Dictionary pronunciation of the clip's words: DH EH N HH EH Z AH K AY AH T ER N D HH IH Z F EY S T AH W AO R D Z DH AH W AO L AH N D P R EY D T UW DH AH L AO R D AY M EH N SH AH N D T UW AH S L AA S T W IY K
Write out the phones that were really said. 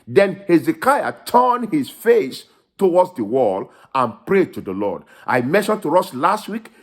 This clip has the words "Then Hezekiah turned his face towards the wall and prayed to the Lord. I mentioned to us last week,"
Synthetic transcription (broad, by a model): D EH N HH EH Z AH K AY AH T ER N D HH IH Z F EY S T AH W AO D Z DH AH W AO L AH N P R EY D T UW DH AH L AO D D AY M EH SH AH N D T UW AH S L AA S T W IY K